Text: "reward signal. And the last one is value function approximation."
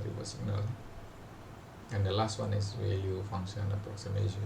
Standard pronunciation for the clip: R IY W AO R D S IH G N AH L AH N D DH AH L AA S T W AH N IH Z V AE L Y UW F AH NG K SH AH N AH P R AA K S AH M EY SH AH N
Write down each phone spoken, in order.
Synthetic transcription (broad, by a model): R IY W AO S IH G N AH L AH N D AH L AA S T W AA N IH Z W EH Y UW F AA NG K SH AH N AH P R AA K S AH M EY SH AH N